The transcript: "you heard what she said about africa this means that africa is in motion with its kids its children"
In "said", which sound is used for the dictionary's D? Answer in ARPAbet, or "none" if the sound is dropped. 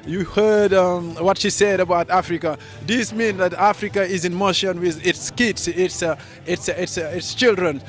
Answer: D